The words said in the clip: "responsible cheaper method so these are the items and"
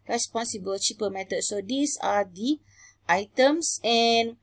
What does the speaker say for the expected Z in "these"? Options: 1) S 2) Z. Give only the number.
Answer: 1